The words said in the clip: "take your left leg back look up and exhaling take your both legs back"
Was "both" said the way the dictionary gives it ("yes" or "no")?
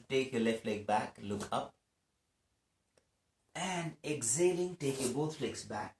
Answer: no